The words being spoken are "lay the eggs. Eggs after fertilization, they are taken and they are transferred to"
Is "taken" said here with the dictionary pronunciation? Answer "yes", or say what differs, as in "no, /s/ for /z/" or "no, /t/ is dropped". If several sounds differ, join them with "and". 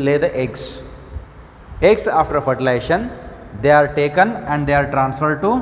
yes